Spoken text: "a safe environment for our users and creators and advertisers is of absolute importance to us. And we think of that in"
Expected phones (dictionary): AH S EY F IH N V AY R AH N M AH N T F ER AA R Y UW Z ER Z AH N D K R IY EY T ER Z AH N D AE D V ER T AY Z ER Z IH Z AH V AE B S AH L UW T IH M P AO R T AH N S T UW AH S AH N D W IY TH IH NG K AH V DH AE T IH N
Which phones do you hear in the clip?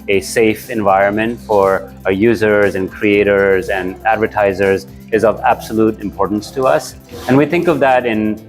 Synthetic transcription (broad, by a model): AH S EY F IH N V AY R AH N M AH N T F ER AA R Y UW Z ER Z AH N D K R IY EY T ER Z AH N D AE D V ER T AY Z ER Z IH Z AH V AE B S AH L UW T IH M P AO R T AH N S T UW AH S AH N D W IY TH IH NG K AH V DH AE T IH N